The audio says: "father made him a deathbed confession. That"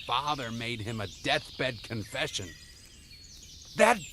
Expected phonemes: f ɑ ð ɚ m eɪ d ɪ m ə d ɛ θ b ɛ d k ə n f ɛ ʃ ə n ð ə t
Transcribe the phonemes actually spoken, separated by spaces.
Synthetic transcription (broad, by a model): f ɑ ð ɚ m eɪ d ɪ m ə d ɛ θ b ɛ d k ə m f ɛ ʃ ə n ð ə t